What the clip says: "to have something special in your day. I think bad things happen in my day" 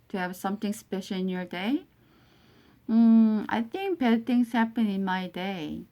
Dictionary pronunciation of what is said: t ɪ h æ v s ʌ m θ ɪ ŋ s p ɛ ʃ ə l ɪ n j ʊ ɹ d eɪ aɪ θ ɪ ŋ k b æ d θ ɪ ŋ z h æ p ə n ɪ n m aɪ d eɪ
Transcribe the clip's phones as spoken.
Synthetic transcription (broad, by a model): t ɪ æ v s ʌ m θ ɪ ŋ s p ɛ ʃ l ɪ n j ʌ ɹ d eɪ aɪ θ ɪ ŋ k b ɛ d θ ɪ ŋ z h æ p ə n ɪ n m aɪ d eɪ